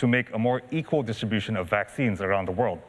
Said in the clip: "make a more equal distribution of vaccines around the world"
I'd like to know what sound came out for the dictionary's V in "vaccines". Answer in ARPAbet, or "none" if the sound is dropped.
V